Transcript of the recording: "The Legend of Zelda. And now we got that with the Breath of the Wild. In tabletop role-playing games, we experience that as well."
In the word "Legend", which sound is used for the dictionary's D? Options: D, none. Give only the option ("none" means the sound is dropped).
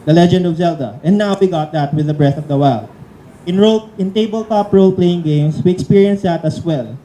D